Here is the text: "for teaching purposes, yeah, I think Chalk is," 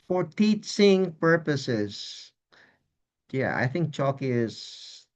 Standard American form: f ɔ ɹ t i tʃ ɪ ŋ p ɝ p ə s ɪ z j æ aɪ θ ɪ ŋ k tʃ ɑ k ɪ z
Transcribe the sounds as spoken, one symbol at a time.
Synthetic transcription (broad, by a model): f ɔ ɹ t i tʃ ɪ ŋ p ɝ p ə s ɪ z j æ aɪ θ ɪ ŋ k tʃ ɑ k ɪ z